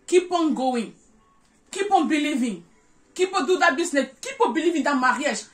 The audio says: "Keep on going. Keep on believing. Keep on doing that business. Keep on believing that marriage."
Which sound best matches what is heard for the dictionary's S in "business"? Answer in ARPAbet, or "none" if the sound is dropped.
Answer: none